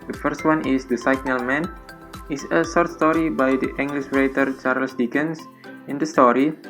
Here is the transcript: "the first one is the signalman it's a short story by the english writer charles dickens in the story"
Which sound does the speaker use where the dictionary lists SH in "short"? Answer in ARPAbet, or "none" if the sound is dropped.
S